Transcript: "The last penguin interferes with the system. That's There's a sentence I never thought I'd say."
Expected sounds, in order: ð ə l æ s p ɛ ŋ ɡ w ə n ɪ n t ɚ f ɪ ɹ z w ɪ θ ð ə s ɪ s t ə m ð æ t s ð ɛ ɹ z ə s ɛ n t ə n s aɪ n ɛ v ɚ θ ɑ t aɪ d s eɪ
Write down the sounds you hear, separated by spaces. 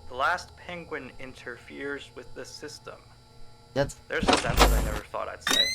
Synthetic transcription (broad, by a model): ð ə l æ s p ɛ ŋ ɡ w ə n ɪ n t ɚ f ɪ ɹ z w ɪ ð ə s ɪ s t ə m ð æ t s ð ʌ ɹ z ə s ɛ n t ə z aɪ n ɛ v ɚ θ ɑ t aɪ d s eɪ